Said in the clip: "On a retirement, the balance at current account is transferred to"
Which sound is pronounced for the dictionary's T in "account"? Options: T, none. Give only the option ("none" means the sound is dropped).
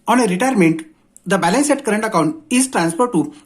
T